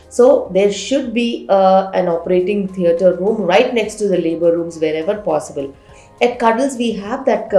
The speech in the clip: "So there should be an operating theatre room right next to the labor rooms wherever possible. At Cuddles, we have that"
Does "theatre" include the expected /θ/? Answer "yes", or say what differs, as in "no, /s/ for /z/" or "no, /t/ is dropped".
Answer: no, /t/ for /θ/